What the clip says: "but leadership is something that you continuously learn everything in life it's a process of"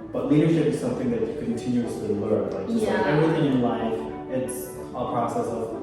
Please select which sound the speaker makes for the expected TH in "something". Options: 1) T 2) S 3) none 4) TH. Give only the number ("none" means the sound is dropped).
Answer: 4